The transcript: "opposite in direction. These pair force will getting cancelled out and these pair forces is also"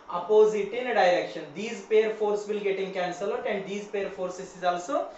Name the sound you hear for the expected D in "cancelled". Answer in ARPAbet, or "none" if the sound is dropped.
none